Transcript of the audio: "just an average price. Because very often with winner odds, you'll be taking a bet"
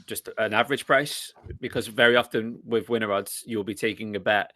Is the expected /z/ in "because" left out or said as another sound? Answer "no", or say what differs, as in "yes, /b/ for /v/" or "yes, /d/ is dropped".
no